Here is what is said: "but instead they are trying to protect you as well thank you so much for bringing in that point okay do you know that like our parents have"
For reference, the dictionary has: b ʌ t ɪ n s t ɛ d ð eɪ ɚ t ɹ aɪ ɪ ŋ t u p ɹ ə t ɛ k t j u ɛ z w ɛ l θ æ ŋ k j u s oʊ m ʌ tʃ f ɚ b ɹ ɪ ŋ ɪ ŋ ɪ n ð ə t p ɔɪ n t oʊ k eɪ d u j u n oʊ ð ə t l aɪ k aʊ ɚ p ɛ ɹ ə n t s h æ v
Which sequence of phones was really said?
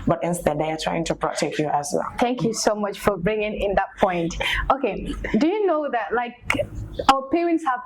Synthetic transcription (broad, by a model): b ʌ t ɪ n s t ɛ d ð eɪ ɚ t ɹ aɪ ɪ ŋ t u p ɹ ə t ɛ k t j u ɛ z w ɛ l θ æ ŋ k j u s oʊ m ʌ tʃ f ɚ b ɹ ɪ ŋ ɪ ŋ ɪ n ð ə t p ɔɪ n t oʊ k eɪ d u j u n oʊ ð ə t l aɪ k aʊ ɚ p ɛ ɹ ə n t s h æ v